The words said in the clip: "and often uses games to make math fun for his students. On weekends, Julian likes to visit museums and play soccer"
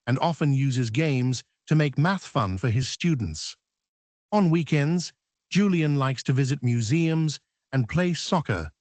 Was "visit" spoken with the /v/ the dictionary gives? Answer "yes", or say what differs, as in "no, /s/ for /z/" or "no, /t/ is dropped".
yes